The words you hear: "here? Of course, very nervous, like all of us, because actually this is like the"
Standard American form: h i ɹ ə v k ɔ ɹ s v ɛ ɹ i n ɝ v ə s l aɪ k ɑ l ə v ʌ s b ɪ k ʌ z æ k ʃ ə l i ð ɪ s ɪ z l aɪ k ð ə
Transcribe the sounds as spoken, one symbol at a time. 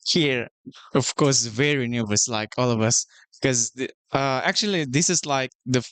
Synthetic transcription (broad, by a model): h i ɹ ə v k ɔ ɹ s v ɛ ɹ i n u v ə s l aɪ k ɑ l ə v ʌ s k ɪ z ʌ æ k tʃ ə l i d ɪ s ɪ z l aɪ k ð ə